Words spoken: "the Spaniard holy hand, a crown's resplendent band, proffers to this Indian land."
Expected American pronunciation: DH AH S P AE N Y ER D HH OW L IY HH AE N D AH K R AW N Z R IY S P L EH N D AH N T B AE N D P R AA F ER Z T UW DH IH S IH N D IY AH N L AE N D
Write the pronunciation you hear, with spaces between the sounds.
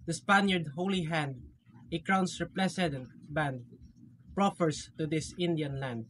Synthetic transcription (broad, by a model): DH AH S P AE N Y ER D HH OW L IY HH AE N D AH K R AW N S R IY P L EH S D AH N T B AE N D P R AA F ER S T UW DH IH S IH N D IY AH N L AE N D